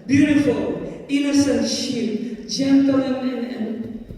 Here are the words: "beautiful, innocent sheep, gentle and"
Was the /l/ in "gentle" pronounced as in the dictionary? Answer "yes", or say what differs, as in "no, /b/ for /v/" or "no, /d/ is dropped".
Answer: no, /n/ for /l/